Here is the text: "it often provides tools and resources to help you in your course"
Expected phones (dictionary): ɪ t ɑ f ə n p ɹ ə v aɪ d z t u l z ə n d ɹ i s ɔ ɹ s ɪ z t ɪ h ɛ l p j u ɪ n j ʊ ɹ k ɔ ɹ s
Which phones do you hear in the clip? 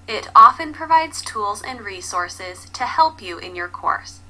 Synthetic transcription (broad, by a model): ɪ t ɑ f ə n p ɹ ə v aɪ d z t u l z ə n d ɹ i s ɔ ɹ s ɪ z t ɪ h ɛ l p j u ɪ n j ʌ ɹ k ɔ ɹ s